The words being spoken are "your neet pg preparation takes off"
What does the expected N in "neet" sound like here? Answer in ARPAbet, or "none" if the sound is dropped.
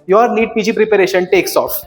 L